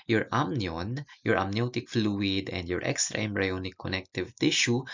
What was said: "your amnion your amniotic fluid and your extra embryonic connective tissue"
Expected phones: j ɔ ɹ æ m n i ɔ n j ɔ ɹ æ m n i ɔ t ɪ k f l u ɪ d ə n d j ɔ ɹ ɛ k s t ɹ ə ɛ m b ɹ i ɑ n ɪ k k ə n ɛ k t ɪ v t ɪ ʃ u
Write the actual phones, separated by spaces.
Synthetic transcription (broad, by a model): j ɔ ɹ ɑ m n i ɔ n j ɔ ɹ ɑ m n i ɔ t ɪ k f l u ɪ d ə n d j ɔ ɹ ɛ k s t ɹ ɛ m ɹ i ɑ n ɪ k k ə n ɛ k t ɪ v t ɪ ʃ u